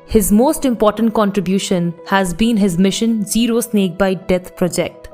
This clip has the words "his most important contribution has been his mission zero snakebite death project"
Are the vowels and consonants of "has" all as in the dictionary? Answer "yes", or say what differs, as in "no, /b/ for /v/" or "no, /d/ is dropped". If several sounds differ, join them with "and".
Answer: yes